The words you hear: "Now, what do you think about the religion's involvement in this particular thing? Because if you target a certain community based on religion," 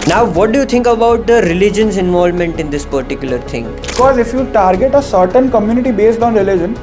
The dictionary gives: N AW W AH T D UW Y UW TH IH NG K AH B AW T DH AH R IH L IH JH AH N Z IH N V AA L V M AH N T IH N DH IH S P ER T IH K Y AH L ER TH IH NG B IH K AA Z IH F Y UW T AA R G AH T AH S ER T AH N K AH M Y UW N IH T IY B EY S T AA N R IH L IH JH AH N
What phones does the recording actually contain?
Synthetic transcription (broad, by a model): N AW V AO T D UW Y UW T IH NG K AH B AW T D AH R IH L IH JH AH N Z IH N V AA L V M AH N T IH N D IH S P ER T IH K Y AH L ER T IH NG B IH K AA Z IH F Y UW T AA R G AH T AH S ER T AH N K AH M Y UW N IH T IY B EY S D AA N R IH L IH JH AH N